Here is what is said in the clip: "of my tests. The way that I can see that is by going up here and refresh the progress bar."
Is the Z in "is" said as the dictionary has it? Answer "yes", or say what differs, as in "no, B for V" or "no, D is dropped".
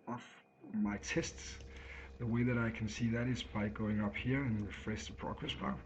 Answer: yes